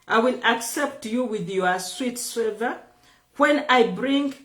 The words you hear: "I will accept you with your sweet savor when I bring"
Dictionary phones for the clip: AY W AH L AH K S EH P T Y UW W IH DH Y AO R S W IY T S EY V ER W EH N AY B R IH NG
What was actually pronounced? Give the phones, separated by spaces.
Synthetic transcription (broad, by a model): AY W AH L AH K S EH P T Y UW W IH DH Y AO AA S W IY T S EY V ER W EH N AY B R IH NG